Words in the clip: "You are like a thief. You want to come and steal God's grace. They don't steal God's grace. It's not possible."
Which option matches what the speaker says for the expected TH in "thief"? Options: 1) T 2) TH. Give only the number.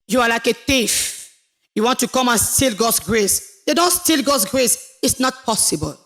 1